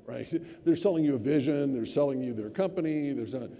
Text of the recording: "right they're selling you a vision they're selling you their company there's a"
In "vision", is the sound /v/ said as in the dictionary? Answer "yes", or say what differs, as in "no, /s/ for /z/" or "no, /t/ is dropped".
yes